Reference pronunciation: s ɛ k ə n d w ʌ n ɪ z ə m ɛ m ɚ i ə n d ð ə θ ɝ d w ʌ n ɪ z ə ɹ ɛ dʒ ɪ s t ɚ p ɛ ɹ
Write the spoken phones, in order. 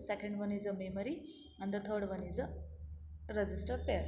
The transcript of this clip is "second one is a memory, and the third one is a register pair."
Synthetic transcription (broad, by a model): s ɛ k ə n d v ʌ n ɪ z ə m ɛ m ɚ i ə n d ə t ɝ d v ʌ n ɪ z ə ɹ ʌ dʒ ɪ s t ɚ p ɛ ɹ